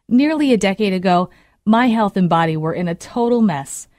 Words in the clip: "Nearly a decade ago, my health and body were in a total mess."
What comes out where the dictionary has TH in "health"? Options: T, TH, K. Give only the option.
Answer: TH